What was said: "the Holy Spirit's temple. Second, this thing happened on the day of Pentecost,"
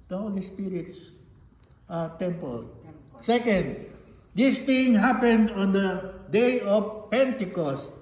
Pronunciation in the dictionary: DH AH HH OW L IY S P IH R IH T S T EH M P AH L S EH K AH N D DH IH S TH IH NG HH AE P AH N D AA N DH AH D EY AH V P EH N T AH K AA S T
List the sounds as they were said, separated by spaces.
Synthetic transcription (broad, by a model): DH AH HH OW L IY S P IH R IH T S T EH M P AH L S EH K AH N D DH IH S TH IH NG HH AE P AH N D AA N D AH D EY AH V P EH N T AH K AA S T